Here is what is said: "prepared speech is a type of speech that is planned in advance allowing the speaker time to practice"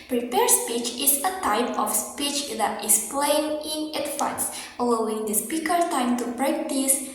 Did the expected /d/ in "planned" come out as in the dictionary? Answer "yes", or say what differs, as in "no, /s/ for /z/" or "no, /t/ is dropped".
no, /d/ is dropped